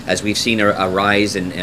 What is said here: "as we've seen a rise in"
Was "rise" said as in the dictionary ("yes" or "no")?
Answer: yes